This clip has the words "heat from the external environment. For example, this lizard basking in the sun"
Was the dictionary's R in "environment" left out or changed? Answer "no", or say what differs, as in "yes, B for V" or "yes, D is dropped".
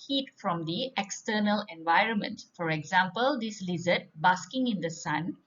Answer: no